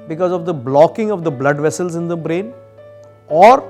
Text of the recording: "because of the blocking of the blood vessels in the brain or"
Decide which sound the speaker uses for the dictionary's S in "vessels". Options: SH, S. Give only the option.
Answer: S